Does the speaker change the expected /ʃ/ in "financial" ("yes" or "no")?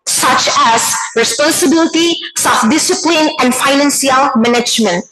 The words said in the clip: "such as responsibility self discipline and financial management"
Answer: yes